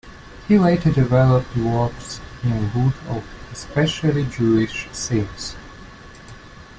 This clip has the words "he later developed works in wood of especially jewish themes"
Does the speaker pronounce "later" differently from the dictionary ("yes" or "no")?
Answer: yes